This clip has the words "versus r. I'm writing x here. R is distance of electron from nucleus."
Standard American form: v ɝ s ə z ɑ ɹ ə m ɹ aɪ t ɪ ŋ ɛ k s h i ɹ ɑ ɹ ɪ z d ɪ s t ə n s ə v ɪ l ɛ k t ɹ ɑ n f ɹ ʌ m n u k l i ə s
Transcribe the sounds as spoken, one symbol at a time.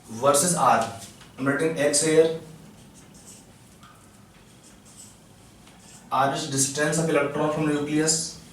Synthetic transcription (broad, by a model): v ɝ s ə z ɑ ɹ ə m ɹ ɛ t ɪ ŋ ɛ k s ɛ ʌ ɹ ɑ ɹ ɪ s d ɪ s t ə n s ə p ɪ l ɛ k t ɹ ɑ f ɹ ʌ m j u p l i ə s